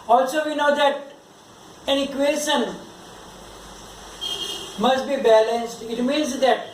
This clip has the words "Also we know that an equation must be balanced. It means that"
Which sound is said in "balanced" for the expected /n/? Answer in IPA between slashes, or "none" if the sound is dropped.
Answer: /n/